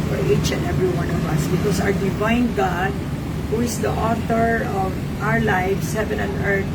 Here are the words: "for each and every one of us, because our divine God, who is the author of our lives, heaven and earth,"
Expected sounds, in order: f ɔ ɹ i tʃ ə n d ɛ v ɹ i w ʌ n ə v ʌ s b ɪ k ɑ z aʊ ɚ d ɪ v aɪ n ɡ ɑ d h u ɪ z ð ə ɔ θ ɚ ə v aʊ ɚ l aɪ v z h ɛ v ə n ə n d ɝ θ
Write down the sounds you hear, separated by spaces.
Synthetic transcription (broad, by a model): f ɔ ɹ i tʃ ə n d ɛ v ɹ i w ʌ n ə v ʌ s b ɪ k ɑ s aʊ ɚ d ɪ v aɪ n ɡ ɑ d h u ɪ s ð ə ɔ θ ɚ ə v aʊ ɚ l aɪ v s h ɛ v ə n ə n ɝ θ